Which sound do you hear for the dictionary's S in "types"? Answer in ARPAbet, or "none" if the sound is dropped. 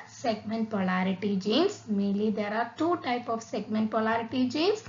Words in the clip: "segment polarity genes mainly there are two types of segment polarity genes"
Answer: none